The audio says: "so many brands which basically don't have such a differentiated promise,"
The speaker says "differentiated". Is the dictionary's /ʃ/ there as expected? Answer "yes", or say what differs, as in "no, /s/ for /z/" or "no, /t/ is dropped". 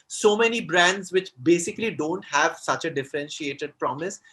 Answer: yes